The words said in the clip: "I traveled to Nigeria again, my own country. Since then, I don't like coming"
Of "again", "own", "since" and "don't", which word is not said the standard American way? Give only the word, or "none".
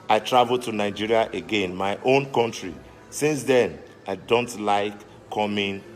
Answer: none